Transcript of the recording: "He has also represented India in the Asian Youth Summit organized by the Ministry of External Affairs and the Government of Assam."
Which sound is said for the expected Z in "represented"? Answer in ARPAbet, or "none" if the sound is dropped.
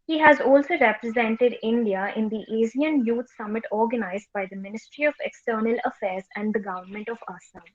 Z